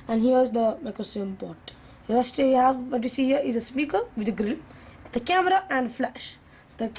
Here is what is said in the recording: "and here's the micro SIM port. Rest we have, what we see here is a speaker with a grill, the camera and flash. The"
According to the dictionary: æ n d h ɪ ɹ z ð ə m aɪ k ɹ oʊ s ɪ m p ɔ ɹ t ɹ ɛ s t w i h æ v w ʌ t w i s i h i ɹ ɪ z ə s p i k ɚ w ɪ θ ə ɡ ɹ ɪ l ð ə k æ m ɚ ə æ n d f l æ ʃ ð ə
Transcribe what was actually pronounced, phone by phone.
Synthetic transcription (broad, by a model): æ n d h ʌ ɹ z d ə m aɪ k ɹ oʊ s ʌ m p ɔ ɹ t ɹ ɛ s t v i h æ v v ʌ t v i s i h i ɹ ɪ z ə s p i k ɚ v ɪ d ə ɡ ɹ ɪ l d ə k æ m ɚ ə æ n d f l æ ʃ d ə